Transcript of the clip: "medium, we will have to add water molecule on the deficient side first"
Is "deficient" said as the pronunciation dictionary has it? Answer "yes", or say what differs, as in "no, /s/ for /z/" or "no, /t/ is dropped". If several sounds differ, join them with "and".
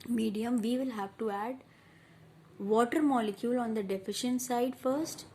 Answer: yes